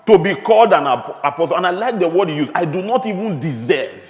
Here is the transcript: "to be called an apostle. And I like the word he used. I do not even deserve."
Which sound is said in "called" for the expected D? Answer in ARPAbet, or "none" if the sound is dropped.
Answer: D